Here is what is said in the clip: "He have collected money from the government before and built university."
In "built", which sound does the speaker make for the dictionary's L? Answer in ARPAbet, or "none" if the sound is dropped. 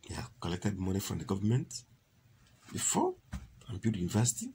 none